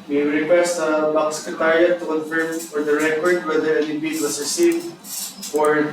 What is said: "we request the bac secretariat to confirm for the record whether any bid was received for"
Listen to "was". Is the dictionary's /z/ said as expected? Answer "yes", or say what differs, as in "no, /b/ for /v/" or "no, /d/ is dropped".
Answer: no, /s/ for /z/